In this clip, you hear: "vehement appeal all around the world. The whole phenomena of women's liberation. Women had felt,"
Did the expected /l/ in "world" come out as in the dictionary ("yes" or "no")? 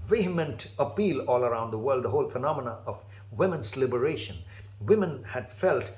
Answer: yes